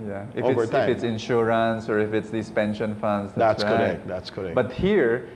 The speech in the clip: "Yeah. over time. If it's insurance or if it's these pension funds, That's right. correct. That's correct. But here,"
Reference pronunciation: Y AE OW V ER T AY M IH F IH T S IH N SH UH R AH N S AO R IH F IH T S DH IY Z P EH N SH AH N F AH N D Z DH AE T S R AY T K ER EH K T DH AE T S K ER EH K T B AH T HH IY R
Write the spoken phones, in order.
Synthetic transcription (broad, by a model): Y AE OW IH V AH IH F IH T S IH N SH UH R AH N S AO R IH F IH T S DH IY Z P EH N SH AH N F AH N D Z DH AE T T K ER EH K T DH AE T S K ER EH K B AH T HH IY R